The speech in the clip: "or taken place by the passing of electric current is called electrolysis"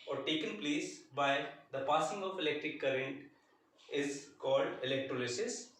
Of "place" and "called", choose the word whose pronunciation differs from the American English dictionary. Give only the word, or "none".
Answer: none